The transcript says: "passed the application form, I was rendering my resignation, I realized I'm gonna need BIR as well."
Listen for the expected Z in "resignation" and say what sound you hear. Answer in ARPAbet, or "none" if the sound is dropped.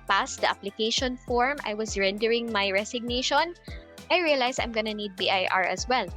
S